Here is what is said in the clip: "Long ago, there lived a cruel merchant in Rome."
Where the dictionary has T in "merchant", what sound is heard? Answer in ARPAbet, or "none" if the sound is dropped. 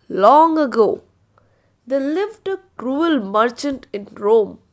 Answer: T